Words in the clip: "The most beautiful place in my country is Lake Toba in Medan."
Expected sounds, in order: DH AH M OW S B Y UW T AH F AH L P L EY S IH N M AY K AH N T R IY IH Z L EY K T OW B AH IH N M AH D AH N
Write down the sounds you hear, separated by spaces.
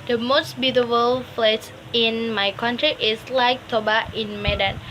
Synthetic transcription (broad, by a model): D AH M OW S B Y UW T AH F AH L F L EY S IH N M AY K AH N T R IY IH S L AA K T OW B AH IH N M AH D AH N